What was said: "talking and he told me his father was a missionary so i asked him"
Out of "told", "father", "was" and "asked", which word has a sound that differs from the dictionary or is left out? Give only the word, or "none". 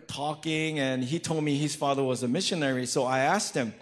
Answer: none